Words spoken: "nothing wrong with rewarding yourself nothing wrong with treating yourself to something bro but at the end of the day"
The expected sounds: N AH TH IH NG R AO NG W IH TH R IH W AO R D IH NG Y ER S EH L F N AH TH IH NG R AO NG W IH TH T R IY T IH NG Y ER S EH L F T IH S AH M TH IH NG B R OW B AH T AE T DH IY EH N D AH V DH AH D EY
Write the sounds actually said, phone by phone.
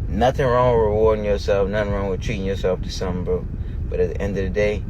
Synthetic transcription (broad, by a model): N AH TH IH NG R AO NG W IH R IH W AO R D IH NG Y ER S EH L F N AH TH IH NG R AO NG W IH T R IY T IH NG Y ER S EH L F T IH S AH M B OW B AH T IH T DH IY EH N D AH V DH AH D EY